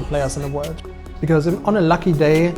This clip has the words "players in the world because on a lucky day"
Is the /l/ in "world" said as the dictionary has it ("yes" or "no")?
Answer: no